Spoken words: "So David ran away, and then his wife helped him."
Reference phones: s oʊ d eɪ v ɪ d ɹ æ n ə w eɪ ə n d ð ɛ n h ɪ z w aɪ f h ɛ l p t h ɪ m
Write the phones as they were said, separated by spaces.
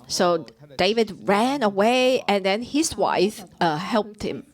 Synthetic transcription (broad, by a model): s oʊ d eɪ v ɪ d ɹ æ n ə w eɪ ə n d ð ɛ n h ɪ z w aɪ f h ɛ l p t h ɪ m